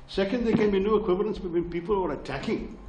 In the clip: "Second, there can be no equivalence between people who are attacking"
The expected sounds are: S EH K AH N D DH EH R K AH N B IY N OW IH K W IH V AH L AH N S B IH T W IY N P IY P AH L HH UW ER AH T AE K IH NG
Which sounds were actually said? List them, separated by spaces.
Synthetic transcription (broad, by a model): S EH K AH N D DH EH K AH N B IY N OW IH K W IH V AH L AH N S B IH T W IY N P IY P AH L ER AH T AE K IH NG